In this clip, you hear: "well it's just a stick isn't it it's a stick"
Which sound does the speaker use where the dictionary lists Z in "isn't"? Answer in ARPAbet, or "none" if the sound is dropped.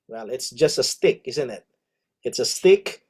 Z